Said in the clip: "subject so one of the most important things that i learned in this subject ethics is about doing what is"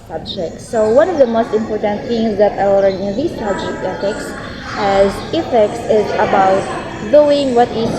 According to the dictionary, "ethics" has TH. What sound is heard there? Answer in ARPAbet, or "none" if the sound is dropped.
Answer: S